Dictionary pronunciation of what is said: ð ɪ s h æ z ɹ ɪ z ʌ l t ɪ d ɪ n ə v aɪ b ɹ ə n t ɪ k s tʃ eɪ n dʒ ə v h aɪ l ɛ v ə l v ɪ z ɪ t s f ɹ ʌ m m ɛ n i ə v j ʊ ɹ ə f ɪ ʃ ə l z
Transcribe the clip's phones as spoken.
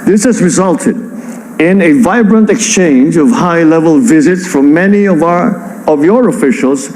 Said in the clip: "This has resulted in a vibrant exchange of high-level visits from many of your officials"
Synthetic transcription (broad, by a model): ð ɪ s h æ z ɹ ɪ z ʌ l t ɪ d ɪ n ə v aɪ b ɹ ə n t ɪ k s tʃ eɪ n dʒ ə v h aɪ l ɛ v ə l v ɪ z ɪ t s f ɹ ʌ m m ɛ n i ə v j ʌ ɹ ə f ɪ ʃ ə l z